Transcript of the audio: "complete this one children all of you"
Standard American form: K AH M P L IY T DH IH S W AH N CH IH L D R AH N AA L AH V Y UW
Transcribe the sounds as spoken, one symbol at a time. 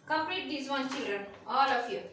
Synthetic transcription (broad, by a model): K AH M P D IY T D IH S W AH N CH IH L D R AH N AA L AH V Y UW